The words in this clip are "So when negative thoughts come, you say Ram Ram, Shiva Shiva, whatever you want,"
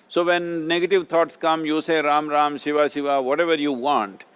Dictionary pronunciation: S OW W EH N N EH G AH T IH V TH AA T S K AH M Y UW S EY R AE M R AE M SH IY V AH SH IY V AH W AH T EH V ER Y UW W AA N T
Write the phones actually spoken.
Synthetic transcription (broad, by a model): S OW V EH N N EH G AH T IH V T AA T S K AH M Y UW S EY R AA M R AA M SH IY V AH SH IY V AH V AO T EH V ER Y UW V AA N T